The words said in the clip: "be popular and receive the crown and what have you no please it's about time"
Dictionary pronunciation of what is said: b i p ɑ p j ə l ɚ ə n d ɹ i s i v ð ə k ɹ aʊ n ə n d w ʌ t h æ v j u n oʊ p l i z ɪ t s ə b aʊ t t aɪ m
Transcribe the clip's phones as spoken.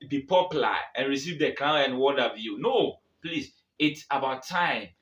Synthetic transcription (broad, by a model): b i p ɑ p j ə l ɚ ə n ɹ i s i v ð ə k l aʊ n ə n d w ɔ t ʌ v j u n oʊ p l i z ɪ t s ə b aʊ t t aɪ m